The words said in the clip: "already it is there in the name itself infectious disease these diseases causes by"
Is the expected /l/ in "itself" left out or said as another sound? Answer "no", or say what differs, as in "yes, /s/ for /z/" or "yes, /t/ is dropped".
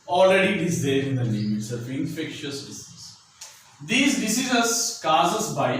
yes, /l/ is dropped